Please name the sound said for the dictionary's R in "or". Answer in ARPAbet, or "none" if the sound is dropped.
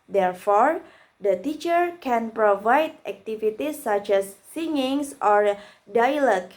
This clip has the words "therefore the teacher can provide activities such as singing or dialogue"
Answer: R